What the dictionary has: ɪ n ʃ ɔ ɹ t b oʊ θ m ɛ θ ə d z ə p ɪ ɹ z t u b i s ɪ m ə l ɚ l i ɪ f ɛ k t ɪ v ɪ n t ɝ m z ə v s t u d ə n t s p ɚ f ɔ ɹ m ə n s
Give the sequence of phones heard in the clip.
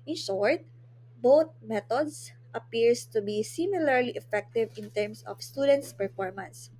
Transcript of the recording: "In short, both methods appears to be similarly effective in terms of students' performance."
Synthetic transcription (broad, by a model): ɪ n ʃ ɔ ɹ t b oʊ t m ɛ t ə d s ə p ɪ ɹ s t u b i s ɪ m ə l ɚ l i ɪ f ɛ k t ɪ v ɪ n t ɝ m s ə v s t u d ə n t s p ɚ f ɔ ɹ m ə n s